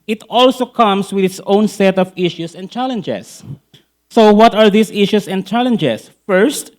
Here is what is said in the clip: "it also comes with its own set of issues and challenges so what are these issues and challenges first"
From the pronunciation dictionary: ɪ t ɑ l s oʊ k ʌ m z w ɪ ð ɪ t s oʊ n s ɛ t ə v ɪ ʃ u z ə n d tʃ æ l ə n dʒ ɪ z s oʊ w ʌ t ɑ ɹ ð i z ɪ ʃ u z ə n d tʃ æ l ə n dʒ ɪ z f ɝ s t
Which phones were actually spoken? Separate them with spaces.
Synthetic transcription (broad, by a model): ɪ t ɑ l s oʊ k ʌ m s w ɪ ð ɪ t s oʊ n s ɛ t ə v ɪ ʃ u s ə n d tʃ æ l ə n dʒ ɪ s oʊ w ʌ t ɑ ɹ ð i s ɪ ʃ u s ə n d tʃ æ l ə n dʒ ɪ s f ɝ s t